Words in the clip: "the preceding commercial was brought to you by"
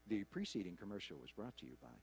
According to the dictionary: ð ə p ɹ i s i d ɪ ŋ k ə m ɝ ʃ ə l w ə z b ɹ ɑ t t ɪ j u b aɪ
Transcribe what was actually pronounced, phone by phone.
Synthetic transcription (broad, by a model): ð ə p ɹ i s i d ɪ ŋ k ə m ɝ ʃ l w ə z b ɹ ɑ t t ɪ j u b aɪ